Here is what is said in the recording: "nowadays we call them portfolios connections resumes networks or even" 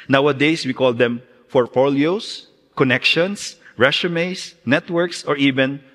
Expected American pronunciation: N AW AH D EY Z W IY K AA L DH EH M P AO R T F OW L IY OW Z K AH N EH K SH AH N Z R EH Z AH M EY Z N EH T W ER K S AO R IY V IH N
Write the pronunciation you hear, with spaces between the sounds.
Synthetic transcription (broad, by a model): N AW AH D EY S W IY K AA L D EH M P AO R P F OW L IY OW S K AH N EH K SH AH N S R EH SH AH M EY S N EH T W ER K S AO R IY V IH N